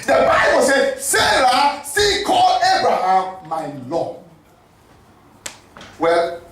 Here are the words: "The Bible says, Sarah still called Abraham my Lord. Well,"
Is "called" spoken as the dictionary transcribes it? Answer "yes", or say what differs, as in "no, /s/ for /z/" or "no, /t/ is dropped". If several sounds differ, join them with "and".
no, /d/ is dropped